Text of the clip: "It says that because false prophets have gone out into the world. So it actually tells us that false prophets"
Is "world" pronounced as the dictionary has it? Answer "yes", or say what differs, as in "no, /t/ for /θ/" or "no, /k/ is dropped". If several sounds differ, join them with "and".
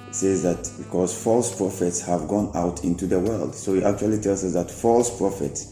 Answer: yes